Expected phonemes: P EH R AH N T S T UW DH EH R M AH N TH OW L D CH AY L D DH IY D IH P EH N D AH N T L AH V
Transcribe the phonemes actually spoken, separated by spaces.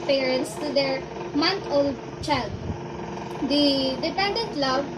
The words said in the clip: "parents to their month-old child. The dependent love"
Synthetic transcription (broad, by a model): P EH R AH N T S T UW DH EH R M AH N T OW L D CH AY L D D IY D IH P EH N D AH N T L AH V